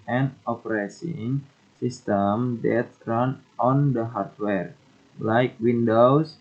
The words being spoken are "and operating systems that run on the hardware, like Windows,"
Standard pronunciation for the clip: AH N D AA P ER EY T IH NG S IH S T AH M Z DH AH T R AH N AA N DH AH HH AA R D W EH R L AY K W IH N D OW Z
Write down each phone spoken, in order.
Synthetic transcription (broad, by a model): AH N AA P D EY S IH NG S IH S T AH M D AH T R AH N AA N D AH HH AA R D W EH R L AY K W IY N D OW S